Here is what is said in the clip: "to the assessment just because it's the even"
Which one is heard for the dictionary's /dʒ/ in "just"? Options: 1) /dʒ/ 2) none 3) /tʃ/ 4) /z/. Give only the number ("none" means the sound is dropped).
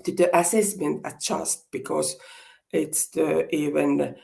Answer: 3